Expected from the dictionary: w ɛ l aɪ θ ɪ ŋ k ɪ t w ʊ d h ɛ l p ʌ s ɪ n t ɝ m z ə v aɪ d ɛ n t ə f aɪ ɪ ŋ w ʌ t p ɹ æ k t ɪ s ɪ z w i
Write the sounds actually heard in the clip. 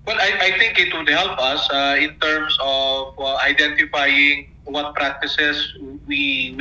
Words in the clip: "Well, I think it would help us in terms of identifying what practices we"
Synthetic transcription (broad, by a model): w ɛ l aɪ t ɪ ŋ k ɪ t w ʊ d h ɛ l p ʌ s ɪ n t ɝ m s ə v aɪ d ɛ n t ə f aɪ ɪ ŋ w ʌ t p ɹ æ k t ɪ s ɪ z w i